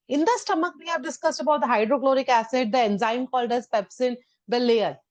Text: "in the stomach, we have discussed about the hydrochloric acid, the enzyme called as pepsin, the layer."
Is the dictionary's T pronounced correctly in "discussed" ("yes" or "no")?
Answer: yes